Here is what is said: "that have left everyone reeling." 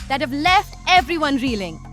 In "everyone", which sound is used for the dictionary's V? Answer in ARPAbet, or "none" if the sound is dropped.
V